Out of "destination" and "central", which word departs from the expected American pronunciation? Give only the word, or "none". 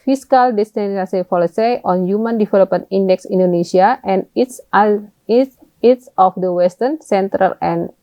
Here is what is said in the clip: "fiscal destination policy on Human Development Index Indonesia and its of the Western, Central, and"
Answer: destination